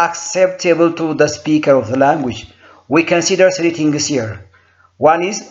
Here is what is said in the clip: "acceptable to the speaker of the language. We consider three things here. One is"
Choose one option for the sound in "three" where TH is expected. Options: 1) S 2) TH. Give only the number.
1